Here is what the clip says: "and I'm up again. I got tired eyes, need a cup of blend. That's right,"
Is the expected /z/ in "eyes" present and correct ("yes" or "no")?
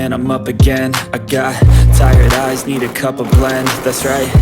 yes